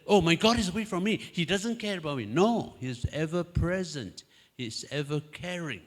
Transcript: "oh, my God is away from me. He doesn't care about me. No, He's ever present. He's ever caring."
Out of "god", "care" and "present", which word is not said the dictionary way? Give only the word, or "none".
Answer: none